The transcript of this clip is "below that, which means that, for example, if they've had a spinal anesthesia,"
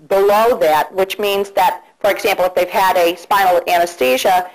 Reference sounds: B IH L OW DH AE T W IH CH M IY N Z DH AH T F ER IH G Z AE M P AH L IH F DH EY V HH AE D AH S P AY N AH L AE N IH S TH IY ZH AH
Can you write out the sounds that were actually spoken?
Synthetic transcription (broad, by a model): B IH L OW DH AE T W IH CH M IY N Z DH AH T F ER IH G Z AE M P L IH F DH EY V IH D AH S P AY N L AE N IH S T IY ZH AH